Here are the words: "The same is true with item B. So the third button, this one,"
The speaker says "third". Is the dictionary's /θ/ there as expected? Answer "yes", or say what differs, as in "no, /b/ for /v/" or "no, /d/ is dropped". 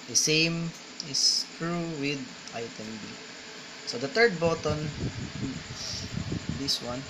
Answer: no, /t/ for /θ/